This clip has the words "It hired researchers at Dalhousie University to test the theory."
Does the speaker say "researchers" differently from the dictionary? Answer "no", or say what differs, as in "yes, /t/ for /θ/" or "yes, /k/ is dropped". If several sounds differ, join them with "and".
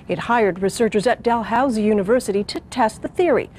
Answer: no